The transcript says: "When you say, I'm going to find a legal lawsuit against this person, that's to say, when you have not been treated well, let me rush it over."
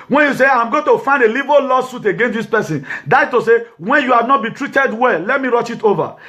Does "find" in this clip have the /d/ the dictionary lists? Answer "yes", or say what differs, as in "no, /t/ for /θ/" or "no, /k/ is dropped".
yes